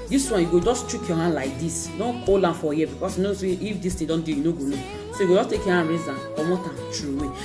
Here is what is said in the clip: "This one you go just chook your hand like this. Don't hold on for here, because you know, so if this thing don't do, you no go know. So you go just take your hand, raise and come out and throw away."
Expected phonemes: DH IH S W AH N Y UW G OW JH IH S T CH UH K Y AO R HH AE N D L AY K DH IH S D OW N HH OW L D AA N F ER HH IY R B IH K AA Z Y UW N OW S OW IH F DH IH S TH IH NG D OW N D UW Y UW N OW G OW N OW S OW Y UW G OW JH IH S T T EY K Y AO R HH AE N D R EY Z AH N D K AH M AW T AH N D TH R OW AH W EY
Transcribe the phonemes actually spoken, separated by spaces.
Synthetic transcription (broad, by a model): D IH S W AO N Y UW G OW JH IH S T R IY K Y AO HH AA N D L AY K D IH S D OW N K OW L AA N F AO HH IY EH B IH K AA S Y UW N OW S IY IH F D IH S T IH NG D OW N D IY Y UW N OW G OW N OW S OW Y UW G OW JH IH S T T EY K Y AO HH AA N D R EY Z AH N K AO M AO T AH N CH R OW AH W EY